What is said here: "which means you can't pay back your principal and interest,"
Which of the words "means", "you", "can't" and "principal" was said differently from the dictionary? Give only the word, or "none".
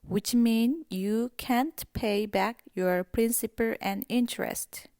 means